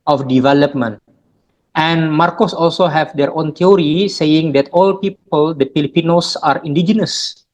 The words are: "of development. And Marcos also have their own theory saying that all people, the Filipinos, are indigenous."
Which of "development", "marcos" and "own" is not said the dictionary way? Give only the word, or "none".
none